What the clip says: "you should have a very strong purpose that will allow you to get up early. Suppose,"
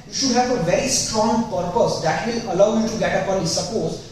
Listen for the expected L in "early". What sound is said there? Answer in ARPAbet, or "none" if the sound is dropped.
N